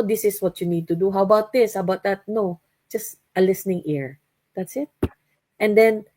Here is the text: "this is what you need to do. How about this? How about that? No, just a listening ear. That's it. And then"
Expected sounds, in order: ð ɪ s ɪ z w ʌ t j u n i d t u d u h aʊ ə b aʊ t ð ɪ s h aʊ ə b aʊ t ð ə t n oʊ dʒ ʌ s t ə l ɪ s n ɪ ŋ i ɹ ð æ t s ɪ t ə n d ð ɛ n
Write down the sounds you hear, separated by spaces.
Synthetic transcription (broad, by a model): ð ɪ s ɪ s w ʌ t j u n i d t u d u h aʊ ə b aʊ t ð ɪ s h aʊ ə b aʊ t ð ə t n oʊ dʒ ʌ s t ə l ɪ s n ɪ ŋ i ɹ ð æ t s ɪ t ə n d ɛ n